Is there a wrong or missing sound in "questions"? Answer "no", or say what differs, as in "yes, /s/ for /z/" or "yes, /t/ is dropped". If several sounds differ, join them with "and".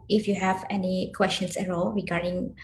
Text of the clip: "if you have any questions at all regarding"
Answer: yes, /s/ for /z/